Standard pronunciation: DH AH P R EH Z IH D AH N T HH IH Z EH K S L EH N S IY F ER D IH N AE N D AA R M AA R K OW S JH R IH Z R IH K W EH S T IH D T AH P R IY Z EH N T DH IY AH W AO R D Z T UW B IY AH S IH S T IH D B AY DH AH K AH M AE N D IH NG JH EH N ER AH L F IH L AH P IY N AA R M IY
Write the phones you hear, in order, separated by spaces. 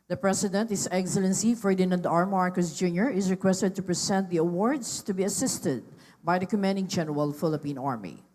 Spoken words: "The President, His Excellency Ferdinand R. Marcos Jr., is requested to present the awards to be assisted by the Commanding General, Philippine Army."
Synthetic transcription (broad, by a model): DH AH P R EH S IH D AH N T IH S EH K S L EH N S IY F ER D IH N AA N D AA R M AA R K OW S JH R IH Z R IH K W EH S T IH D T AH P R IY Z EH N T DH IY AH W AO R D S T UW B IY AH S IH S T IH D B AY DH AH K AH M AE N D IH NG JH EH N ER AH L F IH L AH P IY N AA R M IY